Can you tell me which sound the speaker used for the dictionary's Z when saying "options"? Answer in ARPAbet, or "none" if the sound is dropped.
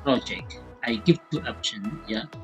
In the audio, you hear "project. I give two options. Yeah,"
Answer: none